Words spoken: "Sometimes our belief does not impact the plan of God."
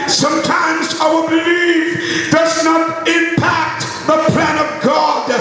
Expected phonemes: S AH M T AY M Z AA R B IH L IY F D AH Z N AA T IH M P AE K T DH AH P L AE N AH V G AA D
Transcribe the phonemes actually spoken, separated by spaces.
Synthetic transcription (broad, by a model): S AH M T AY M Z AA W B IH L IY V D AH Z N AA T IH M P AE K T DH AH P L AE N AH V G AA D